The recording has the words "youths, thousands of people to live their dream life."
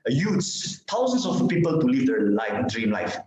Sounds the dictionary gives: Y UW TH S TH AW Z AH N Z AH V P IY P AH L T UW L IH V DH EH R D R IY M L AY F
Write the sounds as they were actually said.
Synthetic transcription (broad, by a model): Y UW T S T AW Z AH N S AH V P IY P AH L T UW L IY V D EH L D R IY M L AY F